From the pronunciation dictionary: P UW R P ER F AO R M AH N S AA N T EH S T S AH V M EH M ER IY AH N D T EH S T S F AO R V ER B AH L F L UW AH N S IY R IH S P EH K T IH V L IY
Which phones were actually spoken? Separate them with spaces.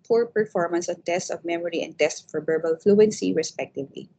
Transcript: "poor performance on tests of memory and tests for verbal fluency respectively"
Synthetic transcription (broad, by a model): P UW R P ER F AO R M AH N S AA N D EH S S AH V M EH M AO IY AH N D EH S S F AO R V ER B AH L F L UW AH N S IY R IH S P EH K T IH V L IY